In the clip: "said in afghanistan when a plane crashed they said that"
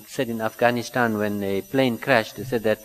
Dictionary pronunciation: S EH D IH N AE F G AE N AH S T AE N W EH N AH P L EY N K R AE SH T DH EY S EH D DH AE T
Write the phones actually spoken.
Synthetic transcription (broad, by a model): S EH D IH N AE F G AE N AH S T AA N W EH N AH P L EY N K R AE SH T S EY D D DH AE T